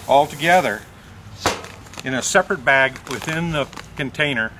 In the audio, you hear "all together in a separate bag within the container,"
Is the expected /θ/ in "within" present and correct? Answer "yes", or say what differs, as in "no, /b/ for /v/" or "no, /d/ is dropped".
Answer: yes